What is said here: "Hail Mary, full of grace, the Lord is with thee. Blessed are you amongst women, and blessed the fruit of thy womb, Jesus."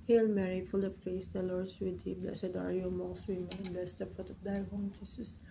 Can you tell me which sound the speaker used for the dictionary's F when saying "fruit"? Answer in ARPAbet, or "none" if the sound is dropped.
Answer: P